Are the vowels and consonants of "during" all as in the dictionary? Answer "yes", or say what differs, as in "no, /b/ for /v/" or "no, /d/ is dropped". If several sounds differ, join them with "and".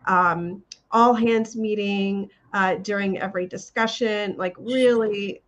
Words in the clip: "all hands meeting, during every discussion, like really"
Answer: yes